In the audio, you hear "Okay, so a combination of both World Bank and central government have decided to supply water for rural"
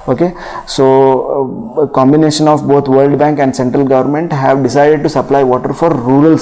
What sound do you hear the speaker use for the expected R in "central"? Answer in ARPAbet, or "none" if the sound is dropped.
R